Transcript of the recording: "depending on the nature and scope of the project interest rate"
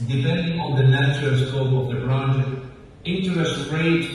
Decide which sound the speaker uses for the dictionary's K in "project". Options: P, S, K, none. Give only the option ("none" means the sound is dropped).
none